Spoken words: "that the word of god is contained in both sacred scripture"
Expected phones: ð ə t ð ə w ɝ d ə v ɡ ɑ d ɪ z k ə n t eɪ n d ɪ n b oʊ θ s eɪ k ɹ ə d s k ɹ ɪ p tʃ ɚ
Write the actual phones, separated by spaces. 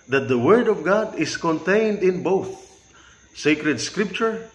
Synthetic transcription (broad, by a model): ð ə t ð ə w ɝ d ə v ɡ ɑ d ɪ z k ə n t eɪ n d ɪ n b oʊ θ s eɪ k ɹ ə d s k ɹ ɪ p tʃ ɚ